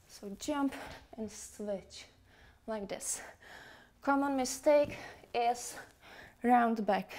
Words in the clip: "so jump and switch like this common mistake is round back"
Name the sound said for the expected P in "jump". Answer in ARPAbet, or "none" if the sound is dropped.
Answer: P